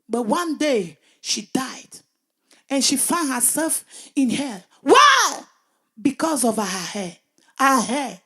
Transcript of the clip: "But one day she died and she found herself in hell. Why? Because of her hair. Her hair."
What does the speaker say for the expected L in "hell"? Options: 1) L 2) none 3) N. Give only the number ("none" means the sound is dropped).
1